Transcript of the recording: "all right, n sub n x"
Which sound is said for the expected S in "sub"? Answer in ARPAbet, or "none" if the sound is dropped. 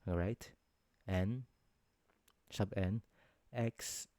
SH